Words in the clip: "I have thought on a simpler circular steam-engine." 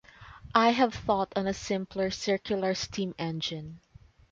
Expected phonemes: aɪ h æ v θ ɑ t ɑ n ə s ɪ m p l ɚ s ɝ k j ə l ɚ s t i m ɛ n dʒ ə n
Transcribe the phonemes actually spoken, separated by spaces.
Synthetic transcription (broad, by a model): aɪ h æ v θ ɑ t ɑ n ə s ɪ m p l ɚ s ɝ k j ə l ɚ s t i m ɛ n dʒ ə n